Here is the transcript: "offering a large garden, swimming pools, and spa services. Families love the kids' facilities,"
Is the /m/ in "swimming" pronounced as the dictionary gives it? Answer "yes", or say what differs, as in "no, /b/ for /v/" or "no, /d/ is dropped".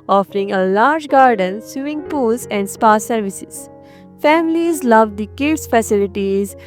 no, /m/ is dropped